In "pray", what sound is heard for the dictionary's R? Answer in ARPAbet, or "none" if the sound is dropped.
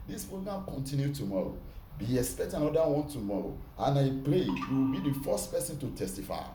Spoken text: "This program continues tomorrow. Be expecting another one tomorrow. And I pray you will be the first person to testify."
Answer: L